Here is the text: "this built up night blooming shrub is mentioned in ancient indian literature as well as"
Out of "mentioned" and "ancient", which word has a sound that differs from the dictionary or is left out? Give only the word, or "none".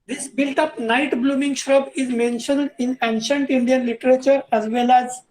none